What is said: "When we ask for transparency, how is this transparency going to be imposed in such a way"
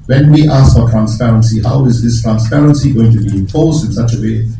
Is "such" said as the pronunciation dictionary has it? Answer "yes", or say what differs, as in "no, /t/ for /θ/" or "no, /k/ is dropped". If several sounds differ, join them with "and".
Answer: yes